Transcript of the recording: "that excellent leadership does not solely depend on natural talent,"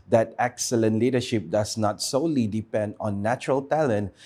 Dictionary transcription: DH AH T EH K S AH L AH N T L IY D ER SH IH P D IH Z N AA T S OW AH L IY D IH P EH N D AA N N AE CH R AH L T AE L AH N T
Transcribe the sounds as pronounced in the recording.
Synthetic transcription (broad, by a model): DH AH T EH K S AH L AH N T L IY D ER SH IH P D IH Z N AA T S OW L IY D IH P EH N D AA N N AE CH R AH L T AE L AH N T